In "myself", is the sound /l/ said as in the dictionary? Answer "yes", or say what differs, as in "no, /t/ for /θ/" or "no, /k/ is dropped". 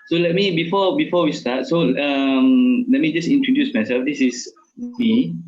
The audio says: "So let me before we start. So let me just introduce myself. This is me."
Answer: no, /l/ is dropped